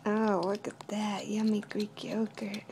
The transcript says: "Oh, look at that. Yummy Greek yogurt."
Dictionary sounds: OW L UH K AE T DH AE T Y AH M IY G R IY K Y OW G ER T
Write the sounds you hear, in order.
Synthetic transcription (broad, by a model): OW W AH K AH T DH AE T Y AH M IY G R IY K Y OW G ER